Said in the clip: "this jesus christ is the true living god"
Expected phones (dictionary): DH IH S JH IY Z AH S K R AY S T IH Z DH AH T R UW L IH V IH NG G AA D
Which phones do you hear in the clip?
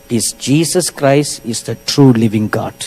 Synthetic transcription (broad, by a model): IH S JH IY S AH S K R AY S T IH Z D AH T R UW L IH V IH NG G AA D